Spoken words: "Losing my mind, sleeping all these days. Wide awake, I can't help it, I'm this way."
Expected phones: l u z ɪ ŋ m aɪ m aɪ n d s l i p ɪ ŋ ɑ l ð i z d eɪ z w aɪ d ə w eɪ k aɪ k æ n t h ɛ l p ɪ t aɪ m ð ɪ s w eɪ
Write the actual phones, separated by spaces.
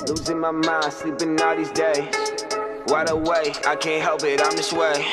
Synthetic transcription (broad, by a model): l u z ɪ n m aɪ m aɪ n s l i b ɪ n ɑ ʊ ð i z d eɪ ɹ aɪ d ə w eɪ aɪ k æ n t h ɛ l p ɪ t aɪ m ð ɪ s w eɪ